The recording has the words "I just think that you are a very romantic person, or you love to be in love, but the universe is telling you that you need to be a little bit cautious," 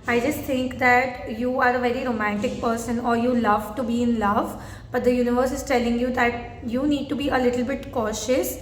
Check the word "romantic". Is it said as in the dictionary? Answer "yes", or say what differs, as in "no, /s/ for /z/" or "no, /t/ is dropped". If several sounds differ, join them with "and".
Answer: yes